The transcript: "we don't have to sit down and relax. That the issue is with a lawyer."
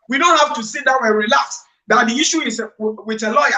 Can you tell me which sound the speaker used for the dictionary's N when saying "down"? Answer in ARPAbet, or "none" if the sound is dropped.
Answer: none